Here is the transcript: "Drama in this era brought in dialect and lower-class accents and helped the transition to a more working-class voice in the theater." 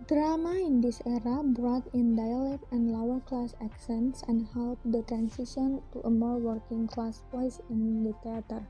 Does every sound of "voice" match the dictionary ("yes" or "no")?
no